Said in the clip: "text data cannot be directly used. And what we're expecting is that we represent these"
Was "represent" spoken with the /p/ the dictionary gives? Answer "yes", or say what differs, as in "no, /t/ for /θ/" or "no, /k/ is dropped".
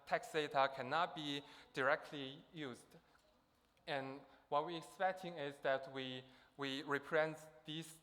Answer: no, /p/ is dropped